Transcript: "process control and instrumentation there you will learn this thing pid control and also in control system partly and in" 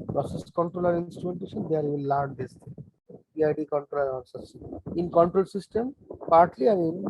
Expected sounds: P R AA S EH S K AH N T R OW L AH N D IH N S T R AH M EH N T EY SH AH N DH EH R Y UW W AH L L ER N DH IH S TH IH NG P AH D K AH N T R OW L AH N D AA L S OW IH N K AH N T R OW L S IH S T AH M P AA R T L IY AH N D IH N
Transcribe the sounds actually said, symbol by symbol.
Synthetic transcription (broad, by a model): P R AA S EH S K AH N T R OW L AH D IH N S T R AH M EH N T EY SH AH N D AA R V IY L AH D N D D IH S T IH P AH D K AH N T R OW L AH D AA N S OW IH N K AH N T R OW L S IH S T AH M P AA R T L IY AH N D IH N